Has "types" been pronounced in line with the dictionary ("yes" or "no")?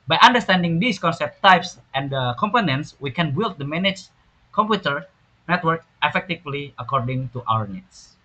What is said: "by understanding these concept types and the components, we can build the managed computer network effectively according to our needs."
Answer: yes